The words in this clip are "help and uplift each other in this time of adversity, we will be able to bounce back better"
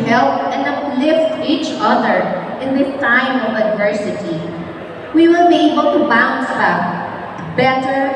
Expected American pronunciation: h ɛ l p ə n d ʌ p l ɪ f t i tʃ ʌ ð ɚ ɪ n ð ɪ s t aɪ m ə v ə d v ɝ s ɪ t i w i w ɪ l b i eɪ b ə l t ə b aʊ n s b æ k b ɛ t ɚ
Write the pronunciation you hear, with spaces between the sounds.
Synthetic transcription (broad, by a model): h ɛ l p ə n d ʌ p l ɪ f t i tʃ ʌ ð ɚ ɪ n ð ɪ t aɪ m ə v ə d v ɝ s ɪ t i w i w ɪ l b i eɪ b ə l t ə b aʊ n s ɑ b ɛ t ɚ